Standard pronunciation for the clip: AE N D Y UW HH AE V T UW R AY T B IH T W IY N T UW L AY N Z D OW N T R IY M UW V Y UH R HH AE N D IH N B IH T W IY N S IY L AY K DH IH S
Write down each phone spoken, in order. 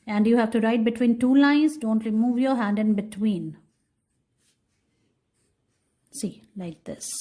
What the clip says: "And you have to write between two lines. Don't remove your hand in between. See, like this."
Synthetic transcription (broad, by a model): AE N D Y UW HH AE V T UW R AY T B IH T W IY N T UW L AY N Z D OW N T L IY M UW V Y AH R HH AE N D IH N B IH T W IY N S IY L AY K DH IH S